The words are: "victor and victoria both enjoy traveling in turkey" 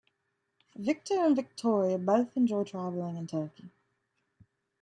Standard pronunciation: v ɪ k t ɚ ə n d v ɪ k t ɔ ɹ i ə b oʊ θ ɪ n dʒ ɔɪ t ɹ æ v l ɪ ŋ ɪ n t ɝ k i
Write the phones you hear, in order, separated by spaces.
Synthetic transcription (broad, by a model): v ɪ k t ɚ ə n v ɪ k t ɔ ɹ i ə b oʊ θ ɪ n dʒ ɔɪ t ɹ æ v l ɪ ŋ ɪ n t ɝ k i